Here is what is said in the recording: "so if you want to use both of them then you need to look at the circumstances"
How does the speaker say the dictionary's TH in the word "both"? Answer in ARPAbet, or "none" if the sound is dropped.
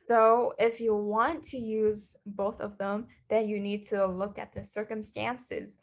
TH